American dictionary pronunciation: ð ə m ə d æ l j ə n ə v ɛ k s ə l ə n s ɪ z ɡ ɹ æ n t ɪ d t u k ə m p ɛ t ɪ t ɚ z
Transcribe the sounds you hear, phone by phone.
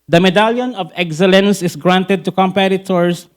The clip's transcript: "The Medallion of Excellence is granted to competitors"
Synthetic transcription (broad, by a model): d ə m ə d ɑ l j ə n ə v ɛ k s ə l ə n s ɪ s ɡ ɹ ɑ n t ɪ d t u k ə m p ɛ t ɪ t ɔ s